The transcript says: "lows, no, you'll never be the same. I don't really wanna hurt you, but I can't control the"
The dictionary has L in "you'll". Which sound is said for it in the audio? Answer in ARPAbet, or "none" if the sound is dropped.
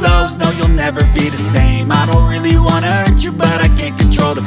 L